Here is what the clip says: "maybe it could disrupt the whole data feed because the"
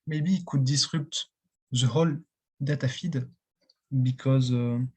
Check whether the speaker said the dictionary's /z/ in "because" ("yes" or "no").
yes